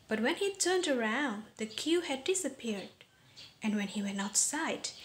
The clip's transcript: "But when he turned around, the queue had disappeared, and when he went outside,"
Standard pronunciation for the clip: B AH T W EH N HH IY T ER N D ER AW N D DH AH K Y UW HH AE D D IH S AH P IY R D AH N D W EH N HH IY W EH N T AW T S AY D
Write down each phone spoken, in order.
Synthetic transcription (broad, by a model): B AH T W EH N HH IY T ER N D ER AW N D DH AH K Y UW HH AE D D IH S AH P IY R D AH N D W EH N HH IY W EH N AW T S AY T